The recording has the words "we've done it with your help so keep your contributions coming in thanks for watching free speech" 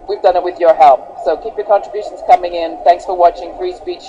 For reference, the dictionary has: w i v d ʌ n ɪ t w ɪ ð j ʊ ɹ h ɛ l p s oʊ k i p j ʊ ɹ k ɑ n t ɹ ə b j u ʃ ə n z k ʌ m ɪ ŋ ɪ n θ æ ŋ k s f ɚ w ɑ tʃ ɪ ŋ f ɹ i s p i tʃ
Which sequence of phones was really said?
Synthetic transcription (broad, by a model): w i v d ʌ n ɪ t w ɪ ð j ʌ ɹ h ɛ l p s oʊ k i p j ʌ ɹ k ɑ n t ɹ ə b j u ʃ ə n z k ʌ m ɪ ŋ ɪ n θ æ ŋ k s f ɚ w ɑ tʃ ɪ ŋ f ɹ i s p i tʃ